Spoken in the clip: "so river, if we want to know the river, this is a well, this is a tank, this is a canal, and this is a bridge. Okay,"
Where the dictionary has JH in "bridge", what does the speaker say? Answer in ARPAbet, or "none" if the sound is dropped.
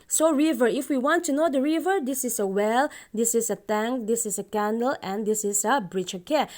CH